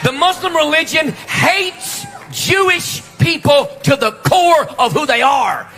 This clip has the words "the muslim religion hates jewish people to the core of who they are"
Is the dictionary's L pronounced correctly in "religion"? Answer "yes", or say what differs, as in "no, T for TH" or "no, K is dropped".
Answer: yes